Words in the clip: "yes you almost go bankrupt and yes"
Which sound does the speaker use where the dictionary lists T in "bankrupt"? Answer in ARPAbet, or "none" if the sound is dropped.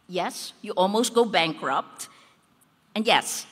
T